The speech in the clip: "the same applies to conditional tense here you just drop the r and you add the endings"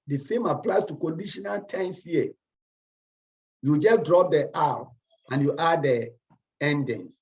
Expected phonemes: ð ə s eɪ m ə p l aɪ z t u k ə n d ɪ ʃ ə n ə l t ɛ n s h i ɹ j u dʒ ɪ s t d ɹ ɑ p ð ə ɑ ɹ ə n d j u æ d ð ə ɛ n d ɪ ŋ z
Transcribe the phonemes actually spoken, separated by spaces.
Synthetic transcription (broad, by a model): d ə s eɪ m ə p l aɪ s t u k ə n d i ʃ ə n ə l t ɛ n s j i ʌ j u dʒ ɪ s d ɹ ɑ p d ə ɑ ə n j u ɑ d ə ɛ n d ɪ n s